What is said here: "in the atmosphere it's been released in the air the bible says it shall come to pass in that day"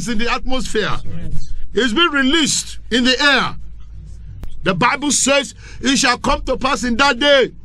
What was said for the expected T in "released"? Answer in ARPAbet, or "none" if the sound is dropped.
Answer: T